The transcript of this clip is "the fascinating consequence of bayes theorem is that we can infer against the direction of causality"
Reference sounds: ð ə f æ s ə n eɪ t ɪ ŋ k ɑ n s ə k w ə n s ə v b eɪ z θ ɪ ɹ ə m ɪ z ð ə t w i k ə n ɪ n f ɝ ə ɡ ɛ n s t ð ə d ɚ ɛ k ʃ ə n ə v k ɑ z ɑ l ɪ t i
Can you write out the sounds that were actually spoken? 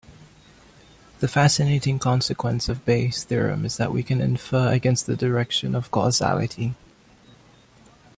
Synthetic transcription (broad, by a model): ð ə f æ s ə n eɪ t ɪ ŋ k ɑ n s ə k w ə n s ə v b eɪ s θ ɪ ɹ ə m ɪ z ð ə t w i k ə n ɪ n f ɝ ə ɡ ɛ n s t ð ə d ɚ ɛ k ʃ ə n ə v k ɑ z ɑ l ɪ t i